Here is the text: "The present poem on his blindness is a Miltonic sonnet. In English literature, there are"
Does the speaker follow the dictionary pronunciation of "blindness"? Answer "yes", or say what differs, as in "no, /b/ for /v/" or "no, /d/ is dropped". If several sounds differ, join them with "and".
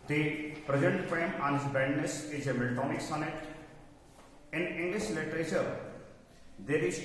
no, /l/ is dropped